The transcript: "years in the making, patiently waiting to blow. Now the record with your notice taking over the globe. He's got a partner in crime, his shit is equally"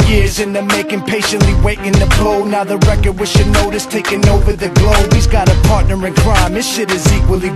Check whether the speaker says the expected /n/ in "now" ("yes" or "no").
yes